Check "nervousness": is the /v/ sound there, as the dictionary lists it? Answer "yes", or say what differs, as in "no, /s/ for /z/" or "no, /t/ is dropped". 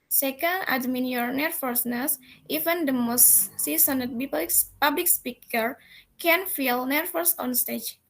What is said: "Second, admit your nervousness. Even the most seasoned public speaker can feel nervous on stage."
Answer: no, /f/ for /v/